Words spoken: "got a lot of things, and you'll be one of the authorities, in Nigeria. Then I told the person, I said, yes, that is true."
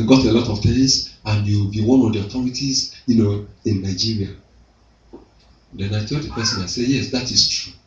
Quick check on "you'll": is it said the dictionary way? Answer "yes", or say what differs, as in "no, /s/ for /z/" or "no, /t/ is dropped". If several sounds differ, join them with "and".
no, /w/ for /l/